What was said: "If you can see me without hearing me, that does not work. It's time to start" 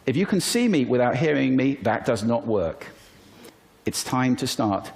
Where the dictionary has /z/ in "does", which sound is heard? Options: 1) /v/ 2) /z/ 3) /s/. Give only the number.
2